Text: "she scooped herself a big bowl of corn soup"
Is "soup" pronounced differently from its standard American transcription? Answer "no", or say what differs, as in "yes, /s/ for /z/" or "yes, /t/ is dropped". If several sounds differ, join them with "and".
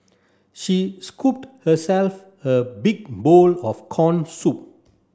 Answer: no